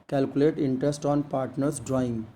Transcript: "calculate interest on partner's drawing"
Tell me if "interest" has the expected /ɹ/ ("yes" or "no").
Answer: yes